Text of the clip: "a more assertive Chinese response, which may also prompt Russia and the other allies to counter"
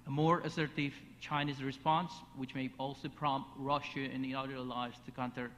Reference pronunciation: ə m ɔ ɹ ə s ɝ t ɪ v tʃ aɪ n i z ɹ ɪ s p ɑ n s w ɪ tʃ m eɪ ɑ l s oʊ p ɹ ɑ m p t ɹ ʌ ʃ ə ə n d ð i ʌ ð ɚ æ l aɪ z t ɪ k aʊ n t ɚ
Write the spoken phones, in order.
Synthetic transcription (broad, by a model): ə m ɔ ɹ ə s ɝ t ɪ v tʃ aɪ n i z ɹ ɪ s p ɑ n s w ɪ tʃ m eɪ ɑ l s oʊ p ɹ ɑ m p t ɹ ʌ ʃ ə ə n ð i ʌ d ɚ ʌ l aɪ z t ɪ k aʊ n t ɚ